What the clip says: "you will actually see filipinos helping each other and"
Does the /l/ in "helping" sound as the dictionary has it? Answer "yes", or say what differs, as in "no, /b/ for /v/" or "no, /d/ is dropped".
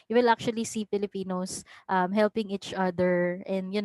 yes